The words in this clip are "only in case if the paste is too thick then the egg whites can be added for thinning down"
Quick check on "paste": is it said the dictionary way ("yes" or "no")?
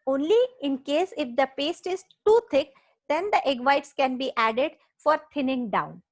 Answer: yes